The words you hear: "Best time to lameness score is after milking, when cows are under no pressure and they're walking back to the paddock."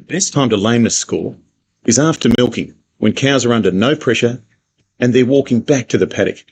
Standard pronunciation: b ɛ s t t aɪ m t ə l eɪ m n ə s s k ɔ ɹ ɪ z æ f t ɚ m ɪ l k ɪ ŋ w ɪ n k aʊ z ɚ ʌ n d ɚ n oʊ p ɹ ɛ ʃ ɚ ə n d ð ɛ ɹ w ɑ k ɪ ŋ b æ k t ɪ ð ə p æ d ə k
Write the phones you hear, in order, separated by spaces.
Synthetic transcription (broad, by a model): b ɛ s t t aɪ m t ə l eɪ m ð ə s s k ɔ l ɪ z æ f t ɚ m ɪ l k ɪ ŋ w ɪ n k aʊ z ɚ ʌ n d ɚ n oʊ p ɹ ɛ ʃ ɚ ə n ð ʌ ɹ w ɑ k ɪ ŋ b æ k t ɪ ð ə p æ d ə k